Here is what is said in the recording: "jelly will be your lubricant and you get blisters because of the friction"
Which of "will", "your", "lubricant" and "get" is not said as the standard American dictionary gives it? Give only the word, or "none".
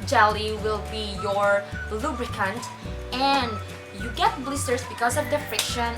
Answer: none